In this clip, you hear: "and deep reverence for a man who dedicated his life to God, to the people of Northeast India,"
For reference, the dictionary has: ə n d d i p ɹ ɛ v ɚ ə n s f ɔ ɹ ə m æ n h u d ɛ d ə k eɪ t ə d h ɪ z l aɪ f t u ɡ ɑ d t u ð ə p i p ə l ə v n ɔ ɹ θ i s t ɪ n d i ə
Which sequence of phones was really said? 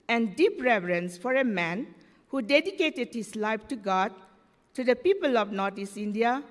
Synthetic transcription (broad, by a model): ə n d d i p ɹ ɛ v ɚ ə n s f ɔ ɹ ə m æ n h u d ɛ d ə k eɪ t ə d h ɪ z l aɪ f t u ɡ ɑ d t u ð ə p i p ə l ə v n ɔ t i s i n d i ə